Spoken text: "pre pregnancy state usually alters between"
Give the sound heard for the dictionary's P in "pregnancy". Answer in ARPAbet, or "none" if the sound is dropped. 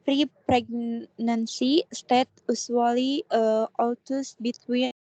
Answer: P